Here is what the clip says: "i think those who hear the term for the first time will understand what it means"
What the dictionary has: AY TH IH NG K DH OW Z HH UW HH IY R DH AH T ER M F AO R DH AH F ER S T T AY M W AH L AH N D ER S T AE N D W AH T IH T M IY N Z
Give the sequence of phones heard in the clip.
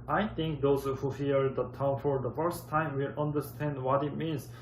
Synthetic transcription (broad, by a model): AY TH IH NG K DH OW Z HH UW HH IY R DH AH T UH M F AO R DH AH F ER S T T AY M W AH L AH N D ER S T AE N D W AH T IH T M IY N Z